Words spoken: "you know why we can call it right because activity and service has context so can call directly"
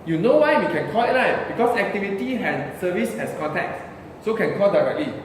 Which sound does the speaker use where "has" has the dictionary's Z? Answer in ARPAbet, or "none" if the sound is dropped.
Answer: S